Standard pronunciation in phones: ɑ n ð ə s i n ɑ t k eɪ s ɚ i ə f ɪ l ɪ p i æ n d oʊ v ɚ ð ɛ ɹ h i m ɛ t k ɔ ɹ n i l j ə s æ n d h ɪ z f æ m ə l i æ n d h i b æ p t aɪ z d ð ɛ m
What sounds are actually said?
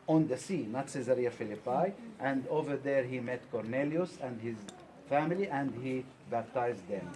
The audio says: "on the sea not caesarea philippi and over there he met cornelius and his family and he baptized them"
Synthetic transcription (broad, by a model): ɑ n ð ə s i n ɑ t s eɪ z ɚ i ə f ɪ l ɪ p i æ n d oʊ v ɚ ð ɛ ɹ h i m ɛ t k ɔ ɹ n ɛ l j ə s æ n d h ɪ z f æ m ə l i æ n d h i b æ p t aɪ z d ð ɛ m